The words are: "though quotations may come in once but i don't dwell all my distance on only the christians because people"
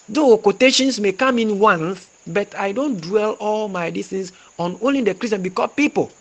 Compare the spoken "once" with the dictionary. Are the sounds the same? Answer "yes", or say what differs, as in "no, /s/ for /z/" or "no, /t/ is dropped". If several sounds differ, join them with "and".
no, /θ/ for /s/